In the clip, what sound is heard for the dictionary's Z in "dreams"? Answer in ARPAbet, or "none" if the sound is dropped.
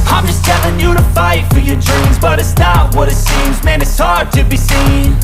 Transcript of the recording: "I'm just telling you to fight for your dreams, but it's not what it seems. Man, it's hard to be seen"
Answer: Z